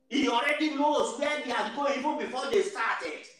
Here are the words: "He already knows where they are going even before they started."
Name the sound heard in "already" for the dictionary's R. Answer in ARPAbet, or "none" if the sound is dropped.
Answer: R